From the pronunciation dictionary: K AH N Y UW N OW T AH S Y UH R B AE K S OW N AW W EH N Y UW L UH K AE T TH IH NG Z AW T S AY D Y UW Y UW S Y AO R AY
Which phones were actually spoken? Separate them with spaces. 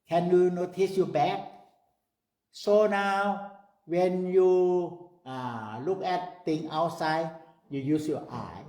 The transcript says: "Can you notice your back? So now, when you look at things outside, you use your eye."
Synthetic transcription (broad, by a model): K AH N Y UW N OW T AH S Y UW B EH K S OW N AW W EH N Y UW L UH K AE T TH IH NG AW T S AY D Y UW Y UW S Y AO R AY